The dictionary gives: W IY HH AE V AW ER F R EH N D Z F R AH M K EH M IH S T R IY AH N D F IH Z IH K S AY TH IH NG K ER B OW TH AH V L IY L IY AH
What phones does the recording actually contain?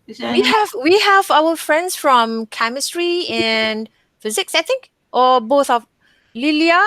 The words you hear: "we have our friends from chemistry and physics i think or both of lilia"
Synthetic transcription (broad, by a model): W IY HH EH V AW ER F R EH N D S F R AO M K EH M IH S T R IY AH N F IH Z IH K S AY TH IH NG K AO B OW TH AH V L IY L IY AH